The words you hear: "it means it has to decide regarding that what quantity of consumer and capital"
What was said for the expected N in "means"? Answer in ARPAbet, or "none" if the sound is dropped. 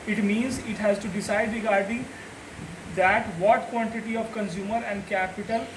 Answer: N